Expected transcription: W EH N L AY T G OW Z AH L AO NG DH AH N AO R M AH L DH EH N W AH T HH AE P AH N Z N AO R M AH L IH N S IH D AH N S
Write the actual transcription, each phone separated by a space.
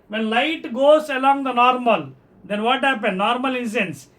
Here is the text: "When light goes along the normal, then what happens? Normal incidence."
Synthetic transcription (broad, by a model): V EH N L AY T G OW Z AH L AO NG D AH N AO R M AH L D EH N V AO T HH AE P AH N N AO R M AH L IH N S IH N S